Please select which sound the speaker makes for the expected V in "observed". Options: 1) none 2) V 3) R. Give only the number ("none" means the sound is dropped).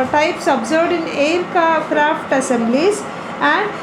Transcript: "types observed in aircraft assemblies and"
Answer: 1